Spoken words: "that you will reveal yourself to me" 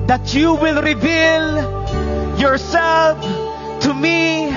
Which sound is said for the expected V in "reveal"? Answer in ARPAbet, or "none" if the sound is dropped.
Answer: V